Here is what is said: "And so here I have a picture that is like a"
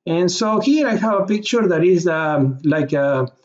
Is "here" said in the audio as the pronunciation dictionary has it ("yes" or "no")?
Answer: no